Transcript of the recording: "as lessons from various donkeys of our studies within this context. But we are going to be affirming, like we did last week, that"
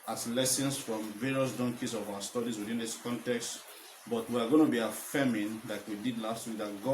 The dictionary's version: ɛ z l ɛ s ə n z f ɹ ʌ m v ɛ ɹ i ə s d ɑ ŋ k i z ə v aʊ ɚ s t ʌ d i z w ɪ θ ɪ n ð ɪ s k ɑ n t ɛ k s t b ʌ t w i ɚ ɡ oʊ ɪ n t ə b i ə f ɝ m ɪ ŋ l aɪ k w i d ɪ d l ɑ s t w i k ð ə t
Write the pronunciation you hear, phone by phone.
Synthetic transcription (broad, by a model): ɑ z l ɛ s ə n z f ɹ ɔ m v ɛ ɹ i ə s d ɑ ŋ k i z ə v aʊ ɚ s t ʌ d i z w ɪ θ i n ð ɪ s k ɑ n t ɛ k s t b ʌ t w i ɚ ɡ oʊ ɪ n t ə b i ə f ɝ m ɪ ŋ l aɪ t w i d ɪ d l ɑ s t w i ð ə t